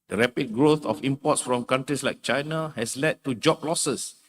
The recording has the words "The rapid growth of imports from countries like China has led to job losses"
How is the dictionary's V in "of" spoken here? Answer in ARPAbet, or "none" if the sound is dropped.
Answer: F